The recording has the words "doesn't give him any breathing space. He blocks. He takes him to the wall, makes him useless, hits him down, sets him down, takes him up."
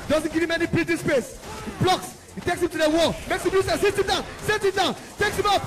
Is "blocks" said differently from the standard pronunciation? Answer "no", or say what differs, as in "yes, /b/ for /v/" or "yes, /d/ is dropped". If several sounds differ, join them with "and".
no